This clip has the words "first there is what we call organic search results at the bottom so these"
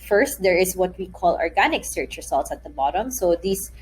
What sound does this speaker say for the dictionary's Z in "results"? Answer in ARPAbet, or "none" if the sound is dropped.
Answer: S